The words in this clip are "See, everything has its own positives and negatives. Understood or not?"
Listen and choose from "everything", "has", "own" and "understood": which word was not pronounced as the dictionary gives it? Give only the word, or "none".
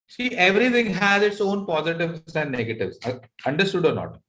everything